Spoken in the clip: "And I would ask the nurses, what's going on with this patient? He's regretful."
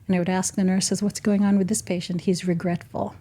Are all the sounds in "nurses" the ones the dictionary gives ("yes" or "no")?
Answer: yes